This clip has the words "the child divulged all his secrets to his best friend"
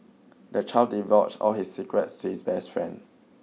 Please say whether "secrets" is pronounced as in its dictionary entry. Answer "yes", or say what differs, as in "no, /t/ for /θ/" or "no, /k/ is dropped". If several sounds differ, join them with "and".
yes